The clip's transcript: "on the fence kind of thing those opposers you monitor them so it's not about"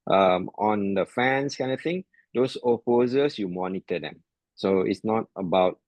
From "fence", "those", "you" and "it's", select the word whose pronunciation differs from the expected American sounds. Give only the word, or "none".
those